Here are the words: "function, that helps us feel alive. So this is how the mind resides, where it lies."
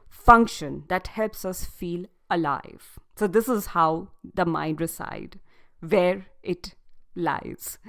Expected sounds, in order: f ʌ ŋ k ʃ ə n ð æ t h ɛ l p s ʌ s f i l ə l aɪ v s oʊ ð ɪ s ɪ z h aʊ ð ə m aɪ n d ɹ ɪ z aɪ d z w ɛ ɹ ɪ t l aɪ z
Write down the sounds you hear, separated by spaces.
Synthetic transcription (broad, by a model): f ʌ ŋ k ʃ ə n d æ t h ɛ l p s ʌ s f i l ə l aɪ v s oʊ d ɪ s ɪ z h aʊ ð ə m aɪ n d ɹ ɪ s aɪ d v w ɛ ɹ ɪ t l aɪ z